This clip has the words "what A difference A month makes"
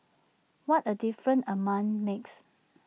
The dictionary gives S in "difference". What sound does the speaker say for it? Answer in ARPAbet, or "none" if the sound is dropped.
none